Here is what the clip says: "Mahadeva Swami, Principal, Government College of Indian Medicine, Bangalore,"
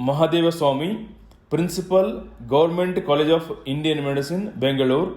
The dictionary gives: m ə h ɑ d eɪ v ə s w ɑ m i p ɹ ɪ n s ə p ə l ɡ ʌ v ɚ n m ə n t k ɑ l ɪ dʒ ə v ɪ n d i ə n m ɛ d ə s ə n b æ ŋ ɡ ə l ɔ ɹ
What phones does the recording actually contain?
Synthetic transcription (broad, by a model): m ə h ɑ d eɪ v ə s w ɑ m i p ɹ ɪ n s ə p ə l ɡ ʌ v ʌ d m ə n t k ɑ l ɪ dʒ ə p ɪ n d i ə n m ɛ d ə s ə n b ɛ ŋ ɡ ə l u ɹ